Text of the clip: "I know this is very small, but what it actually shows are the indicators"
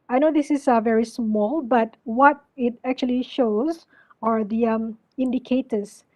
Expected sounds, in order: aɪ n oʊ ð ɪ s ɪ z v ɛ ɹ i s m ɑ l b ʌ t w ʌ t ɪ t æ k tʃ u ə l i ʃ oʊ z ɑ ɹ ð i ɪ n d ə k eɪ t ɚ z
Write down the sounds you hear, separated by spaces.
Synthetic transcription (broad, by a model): aɪ n oʊ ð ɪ s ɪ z v ɛ ɹ i s m ɑ l b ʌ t w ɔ t ɪ t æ k tʃ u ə l i ʃ oʊ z ɑ ɹ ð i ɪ n d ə k eɪ t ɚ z